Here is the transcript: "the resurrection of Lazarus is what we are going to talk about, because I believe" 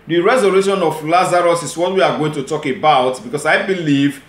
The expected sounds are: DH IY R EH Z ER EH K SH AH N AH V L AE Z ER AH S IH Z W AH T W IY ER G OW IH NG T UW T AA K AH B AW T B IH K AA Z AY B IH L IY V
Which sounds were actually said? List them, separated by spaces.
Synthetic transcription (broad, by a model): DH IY R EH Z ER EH SH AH N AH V L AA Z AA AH S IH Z W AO T W IY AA G OW IH NG T UW T AA K AH B AW T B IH K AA S AY B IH L IY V